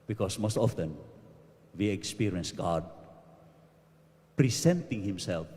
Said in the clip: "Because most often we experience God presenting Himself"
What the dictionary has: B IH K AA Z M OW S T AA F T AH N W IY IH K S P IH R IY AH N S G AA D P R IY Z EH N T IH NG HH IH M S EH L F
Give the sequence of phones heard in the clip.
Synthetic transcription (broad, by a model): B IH K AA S M OW S T AA F T AH N W IY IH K S P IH R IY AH N S G AA D P R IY S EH N T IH NG HH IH M S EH L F